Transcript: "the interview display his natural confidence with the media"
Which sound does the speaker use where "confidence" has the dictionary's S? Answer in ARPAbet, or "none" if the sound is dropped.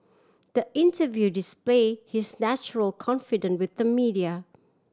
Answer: none